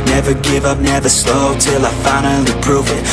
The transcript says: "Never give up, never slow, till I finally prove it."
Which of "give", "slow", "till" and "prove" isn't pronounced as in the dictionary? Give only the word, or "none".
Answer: none